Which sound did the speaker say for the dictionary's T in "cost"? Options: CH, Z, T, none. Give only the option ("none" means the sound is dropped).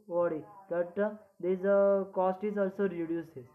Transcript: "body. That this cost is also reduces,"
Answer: T